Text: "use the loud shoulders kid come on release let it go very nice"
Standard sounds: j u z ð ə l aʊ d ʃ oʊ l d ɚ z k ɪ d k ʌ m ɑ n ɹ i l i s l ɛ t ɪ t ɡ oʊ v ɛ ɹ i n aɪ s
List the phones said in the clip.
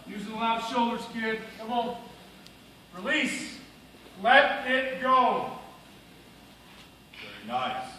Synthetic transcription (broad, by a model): j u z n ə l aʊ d ʃ oʊ l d ɚ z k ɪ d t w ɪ l ɹ i l i s l ɛ t ɪ t ɡ oʊ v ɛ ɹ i n aɪ s